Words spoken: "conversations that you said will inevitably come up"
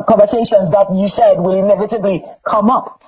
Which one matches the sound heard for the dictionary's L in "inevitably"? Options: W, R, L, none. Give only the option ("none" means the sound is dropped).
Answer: L